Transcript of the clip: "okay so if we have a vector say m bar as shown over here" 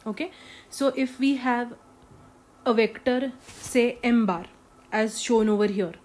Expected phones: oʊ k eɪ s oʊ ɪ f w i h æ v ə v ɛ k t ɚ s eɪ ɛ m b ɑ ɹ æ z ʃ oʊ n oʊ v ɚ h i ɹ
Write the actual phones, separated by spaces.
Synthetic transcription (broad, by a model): oʊ k eɪ s oʊ ɪ f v i h æ v ə v ɛ k t ɚ s eɪ ɛ m b ɑ ɹ æ z ʃ oʊ n oʊ v ɚ h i ɹ